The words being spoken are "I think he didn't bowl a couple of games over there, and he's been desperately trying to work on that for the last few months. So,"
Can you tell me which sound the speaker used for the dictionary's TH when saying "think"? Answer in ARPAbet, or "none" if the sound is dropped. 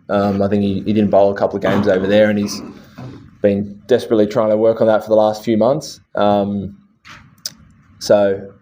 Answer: TH